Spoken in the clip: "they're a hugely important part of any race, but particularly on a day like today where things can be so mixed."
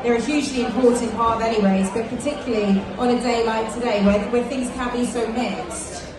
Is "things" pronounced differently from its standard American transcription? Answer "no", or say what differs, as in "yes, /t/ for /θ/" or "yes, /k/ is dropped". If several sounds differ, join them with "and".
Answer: no